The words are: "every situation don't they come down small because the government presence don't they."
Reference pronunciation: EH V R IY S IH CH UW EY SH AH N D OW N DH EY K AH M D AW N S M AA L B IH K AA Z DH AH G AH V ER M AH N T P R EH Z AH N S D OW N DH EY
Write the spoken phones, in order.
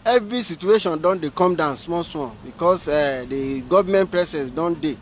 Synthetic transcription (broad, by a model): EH V R IY S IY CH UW EY SH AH N D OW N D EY K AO M D AW N S M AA W B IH K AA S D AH G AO V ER M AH N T P R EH S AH S D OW N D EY